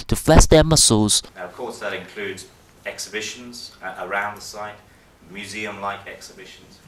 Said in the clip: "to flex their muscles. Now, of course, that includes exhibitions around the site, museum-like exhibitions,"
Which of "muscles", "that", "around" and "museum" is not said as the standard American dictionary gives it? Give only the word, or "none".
none